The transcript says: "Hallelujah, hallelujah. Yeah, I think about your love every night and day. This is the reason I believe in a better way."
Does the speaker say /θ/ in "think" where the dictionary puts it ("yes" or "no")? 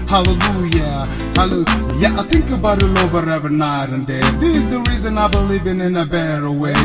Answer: yes